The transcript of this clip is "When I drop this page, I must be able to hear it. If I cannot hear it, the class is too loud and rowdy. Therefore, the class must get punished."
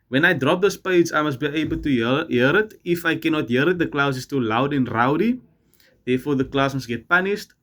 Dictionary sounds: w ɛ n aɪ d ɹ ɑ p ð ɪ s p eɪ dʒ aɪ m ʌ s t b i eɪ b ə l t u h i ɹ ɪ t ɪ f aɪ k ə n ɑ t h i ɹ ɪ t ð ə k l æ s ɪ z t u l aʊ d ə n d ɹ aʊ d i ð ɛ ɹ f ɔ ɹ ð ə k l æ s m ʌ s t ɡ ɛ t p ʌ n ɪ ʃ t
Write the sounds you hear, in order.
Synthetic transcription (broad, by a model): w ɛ n aɪ d ɹ ɑ p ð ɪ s p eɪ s aɪ m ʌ s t b i eɪ b ə l t u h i ɹ ɪ t ɪ f aɪ k ə n ɑ t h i ɹ ɪ t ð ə k l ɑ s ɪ s t u l aʊ d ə n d ɹ aʊ d i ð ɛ f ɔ ð ə k l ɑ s m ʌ s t ɡ ɛ t p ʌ n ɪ ʃ t